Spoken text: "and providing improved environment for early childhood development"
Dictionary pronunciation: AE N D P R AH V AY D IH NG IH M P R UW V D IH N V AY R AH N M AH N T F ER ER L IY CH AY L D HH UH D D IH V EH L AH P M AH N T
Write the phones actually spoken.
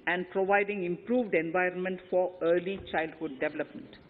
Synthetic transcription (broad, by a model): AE N D P R AH V AY D IH NG IH M P R UW V D IH N V AY R AH N M AH N T F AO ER L IY CH AY L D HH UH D D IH V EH L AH P M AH N T